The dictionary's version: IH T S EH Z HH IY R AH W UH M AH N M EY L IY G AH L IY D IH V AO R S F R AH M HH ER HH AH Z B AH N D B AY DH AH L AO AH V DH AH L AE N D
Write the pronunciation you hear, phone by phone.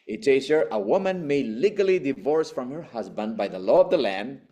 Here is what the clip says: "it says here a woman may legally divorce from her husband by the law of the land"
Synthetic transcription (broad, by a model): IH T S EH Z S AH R AH W UH M AH N M EY L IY G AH L IY D IH V AO R S F R AH M HH ER HH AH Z B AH N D B AY DH AH L AO AH V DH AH L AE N